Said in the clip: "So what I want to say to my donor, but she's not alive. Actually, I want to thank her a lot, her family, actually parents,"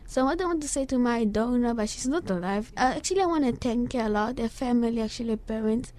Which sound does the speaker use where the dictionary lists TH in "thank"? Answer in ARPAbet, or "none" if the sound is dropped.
T